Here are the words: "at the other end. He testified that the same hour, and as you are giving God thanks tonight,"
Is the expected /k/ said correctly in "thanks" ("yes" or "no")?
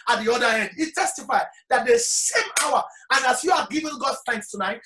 yes